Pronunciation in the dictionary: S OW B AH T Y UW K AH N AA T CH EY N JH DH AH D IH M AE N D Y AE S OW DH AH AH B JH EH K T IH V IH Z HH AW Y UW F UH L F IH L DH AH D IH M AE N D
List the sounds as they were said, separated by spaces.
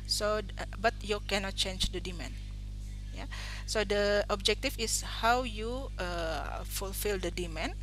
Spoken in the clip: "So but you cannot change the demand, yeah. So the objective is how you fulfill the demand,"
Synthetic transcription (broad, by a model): S OW B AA T Y UW K AH N AA T CH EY N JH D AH D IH M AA N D Y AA S OW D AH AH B JH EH K T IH F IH S HH AW Y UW F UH L F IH L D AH D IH M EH N